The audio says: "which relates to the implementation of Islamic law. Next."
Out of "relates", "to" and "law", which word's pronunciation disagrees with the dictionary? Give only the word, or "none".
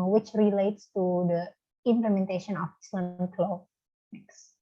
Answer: none